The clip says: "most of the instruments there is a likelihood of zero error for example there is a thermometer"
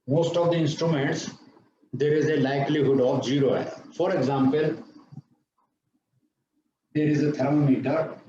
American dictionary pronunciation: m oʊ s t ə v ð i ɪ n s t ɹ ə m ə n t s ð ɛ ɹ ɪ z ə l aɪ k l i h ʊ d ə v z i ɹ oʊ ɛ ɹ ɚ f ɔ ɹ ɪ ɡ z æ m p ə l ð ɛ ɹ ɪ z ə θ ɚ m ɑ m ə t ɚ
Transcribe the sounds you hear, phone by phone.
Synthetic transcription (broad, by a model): m oʊ s t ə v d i ɪ n s t ɹ ə m ə n t s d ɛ ɹ ɪ z ə l aɪ k l i h ʊ d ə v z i ɹ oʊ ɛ ɚ f ɔ ɹ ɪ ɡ z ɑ m p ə l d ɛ ɹ ɪ z ə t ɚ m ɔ m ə t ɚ